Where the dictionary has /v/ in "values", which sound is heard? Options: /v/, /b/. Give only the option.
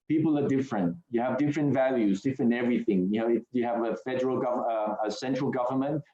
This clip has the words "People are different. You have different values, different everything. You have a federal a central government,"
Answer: /v/